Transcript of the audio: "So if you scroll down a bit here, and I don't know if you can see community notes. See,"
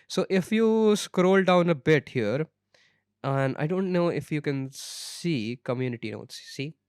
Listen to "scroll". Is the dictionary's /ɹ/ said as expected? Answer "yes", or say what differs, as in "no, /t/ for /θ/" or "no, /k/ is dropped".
yes